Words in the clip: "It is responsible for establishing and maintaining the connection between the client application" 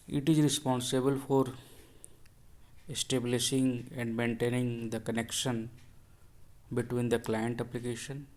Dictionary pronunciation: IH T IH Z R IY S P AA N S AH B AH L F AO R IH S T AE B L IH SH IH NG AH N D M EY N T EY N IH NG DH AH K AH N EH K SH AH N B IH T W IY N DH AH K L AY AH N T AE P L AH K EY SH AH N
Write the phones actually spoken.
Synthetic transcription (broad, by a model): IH T IH Z R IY S P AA N S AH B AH L F AO R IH S T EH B L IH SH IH NG AH N D M EY N T EY N IH NG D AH K AH N EH K SH AH N B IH T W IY N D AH K L AY AH N T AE P L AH K EY SH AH N